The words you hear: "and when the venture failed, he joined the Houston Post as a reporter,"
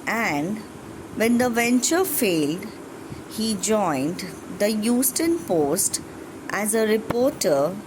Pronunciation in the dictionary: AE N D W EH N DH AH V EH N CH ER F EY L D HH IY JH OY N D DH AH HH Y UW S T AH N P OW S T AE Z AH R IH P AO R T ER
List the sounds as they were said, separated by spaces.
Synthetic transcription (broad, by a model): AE N D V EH N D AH V EH N CH ER F EY L D HH IY JH OY N D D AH Y UW S T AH N P OW S T AE Z AH R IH P AO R T ER